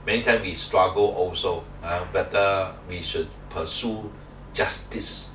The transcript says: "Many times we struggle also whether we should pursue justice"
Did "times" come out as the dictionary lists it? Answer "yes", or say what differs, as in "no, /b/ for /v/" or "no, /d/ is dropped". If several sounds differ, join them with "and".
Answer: no, /z/ is dropped